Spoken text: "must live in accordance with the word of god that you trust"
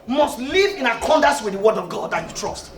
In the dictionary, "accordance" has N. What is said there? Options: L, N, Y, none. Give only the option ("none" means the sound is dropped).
none